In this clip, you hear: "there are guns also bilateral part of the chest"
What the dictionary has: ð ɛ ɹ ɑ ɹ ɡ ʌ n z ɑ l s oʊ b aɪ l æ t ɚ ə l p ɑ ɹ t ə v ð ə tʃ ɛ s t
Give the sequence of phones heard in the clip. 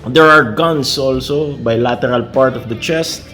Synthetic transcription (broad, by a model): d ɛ ɹ ɑ ɹ ɡ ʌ n s ɑ l s oʊ b aɪ l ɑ t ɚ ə l p ɑ ɹ t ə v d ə tʃ ɛ s t